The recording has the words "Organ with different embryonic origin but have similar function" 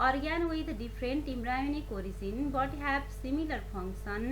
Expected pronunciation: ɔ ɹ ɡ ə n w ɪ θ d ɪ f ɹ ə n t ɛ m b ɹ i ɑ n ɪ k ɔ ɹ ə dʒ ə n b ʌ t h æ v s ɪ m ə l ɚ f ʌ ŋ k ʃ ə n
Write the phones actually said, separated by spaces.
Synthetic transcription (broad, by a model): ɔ ɹ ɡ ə n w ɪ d d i p ɹ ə n t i m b ɹ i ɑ n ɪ k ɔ ɹ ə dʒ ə n b ʌ t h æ b s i m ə l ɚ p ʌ ŋ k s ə n